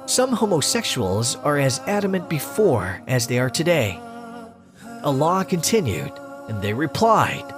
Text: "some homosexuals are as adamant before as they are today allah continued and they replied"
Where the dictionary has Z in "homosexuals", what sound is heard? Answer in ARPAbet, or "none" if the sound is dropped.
Z